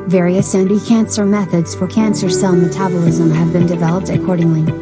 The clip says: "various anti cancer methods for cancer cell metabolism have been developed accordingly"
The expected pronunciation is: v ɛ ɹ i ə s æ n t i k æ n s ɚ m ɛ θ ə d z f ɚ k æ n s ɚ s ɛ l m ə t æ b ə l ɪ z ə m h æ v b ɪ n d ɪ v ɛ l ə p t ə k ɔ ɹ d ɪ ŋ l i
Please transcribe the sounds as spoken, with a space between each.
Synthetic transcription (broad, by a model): v ɛ ɹ i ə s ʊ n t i k æ n s ɚ m ɛ θ ə d z f ɚ k æ n s ɚ s ɛ l m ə t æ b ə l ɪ z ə m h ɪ v b ɪ n d ɪ v ɛ l ə p t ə k ɔ ɹ d ɪ ŋ l i